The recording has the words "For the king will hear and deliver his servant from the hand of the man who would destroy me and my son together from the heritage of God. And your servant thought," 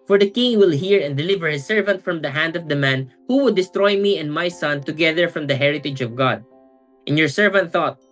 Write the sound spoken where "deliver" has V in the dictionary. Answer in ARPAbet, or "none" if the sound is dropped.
V